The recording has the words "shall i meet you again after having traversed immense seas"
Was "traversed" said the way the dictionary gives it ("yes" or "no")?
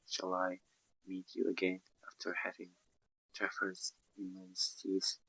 no